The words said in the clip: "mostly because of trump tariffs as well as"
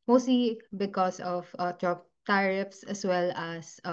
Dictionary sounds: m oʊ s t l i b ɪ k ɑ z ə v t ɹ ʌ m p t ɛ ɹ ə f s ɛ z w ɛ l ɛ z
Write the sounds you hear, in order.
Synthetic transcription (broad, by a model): m oʊ s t l i b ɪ k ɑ s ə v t ɹ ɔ p t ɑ ɹ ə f s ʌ s w ɛ l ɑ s